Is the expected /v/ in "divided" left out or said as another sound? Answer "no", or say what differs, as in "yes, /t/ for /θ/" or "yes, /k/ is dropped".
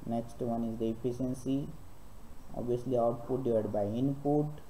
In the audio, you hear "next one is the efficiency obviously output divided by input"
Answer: yes, /v/ is dropped